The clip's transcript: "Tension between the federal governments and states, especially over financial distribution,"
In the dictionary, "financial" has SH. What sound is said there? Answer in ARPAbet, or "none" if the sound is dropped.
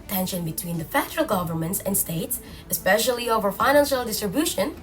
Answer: SH